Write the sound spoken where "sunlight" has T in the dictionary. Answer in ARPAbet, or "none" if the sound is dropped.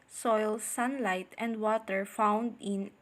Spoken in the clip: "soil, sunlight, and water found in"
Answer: T